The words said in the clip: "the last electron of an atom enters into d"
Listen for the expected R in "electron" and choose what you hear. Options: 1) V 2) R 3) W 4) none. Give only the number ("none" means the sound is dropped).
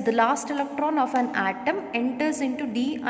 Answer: 2